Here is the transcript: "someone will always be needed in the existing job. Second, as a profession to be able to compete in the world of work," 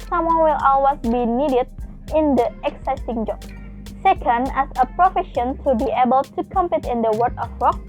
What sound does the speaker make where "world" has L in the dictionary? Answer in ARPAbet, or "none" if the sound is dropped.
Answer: none